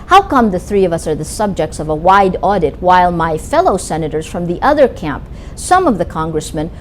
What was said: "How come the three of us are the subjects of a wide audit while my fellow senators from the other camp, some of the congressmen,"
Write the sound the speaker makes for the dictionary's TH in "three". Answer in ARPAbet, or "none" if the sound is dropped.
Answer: TH